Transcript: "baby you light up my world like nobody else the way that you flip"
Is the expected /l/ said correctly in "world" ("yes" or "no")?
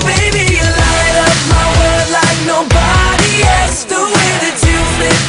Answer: no